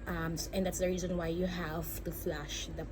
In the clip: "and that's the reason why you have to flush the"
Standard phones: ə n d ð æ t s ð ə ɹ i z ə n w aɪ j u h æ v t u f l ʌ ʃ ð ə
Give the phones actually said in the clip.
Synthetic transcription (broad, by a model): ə n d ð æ t s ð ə ɹ i z ə n w aɪ j u h æ v t u f l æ ʃ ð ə